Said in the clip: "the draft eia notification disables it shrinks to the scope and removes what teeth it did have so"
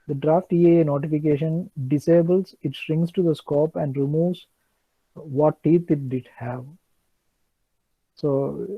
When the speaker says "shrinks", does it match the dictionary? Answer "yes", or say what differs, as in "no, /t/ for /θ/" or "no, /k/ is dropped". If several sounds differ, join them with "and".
no, /k/ is dropped